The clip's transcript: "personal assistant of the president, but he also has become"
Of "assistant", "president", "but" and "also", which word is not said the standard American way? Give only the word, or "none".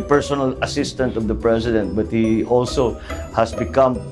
president